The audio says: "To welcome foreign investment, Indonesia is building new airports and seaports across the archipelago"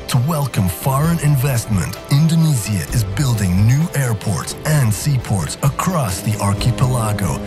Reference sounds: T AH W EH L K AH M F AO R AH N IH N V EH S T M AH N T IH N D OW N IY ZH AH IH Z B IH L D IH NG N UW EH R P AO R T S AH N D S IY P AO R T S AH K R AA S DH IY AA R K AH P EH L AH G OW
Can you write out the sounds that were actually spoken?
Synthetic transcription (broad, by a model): T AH W EH L K AH M F AO R AH N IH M V EH S T M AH N T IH N D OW N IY Z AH IH Z B IH L D IH NG N UW EH R P AO R T S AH N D S IY P AO R T S AH K R AA S DH IY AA R K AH P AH L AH G OW